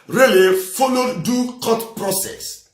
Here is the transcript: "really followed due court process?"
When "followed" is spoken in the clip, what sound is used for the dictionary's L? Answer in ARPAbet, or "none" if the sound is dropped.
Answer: N